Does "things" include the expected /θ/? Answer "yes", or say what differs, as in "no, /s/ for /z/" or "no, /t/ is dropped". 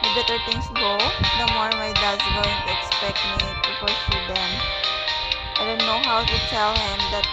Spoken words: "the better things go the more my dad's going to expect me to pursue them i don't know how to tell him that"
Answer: no, /t/ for /θ/